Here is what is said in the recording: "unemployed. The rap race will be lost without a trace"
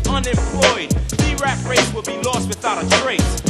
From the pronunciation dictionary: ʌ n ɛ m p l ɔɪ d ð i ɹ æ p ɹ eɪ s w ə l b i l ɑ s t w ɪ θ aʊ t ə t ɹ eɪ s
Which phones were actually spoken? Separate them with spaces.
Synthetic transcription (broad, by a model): ʌ n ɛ m p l ɔɪ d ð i ɹ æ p ɹ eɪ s w ə l b i l ɑ s t w ɪ θ aʊ t ə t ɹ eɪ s